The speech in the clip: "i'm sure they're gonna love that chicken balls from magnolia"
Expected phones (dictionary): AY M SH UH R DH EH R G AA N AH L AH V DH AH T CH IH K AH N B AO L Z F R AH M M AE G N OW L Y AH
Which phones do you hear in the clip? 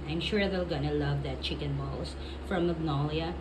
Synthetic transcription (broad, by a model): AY M SH UH R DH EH L G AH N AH L AH V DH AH T CH IH K AH N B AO L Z F R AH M M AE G N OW L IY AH